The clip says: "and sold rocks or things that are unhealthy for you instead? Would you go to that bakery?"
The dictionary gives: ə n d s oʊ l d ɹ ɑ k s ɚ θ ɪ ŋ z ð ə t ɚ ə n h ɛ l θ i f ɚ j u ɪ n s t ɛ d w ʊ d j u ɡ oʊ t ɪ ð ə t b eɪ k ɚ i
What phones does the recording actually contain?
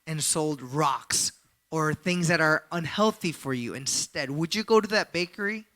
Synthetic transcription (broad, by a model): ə n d s oʊ l d ɹ ɑ k s ɚ θ ɪ ŋ z ð ə t ɚ ə n h ɛ l θ i f ɚ j u ɪ n s t ɛ d w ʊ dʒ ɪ ɡ oʊ t ɪ ð ə t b eɪ k ɚ i